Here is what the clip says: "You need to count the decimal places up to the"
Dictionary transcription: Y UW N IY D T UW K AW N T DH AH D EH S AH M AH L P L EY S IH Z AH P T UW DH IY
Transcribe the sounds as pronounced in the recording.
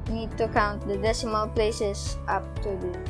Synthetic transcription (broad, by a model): N IY D T UW K AW N T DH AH D EH S AH M AH L P L EY S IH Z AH P T UW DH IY